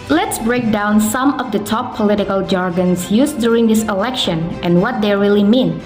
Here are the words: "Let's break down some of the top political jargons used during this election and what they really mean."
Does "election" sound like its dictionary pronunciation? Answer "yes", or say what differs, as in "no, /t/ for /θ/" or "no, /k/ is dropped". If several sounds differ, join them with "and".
yes